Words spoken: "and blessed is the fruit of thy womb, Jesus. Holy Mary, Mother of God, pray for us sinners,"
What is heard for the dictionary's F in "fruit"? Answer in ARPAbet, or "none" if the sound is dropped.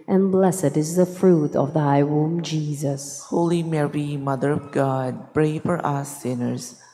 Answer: F